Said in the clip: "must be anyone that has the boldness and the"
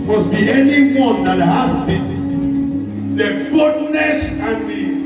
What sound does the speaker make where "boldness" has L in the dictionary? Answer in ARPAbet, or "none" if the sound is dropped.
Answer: none